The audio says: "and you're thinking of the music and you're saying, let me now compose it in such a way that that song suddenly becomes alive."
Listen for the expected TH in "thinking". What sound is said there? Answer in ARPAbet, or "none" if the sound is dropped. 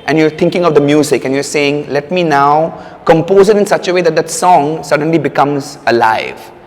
T